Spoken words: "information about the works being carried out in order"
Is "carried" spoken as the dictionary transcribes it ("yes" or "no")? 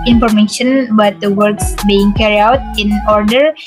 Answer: no